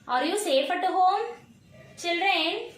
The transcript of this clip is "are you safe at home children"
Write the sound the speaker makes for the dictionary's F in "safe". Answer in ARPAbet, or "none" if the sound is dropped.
P